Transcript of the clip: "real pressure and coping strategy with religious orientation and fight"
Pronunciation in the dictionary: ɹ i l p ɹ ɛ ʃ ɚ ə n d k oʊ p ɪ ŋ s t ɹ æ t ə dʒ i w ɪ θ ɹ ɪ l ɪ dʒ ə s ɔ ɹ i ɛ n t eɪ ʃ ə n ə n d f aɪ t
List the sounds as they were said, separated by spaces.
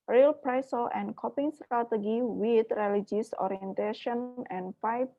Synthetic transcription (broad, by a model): ɹ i l p ɹ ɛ s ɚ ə n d k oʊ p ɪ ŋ s t ɹ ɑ t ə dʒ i w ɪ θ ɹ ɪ l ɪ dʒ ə s ɔ ɹ i ɛ n t eɪ ʃ ə n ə n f aɪ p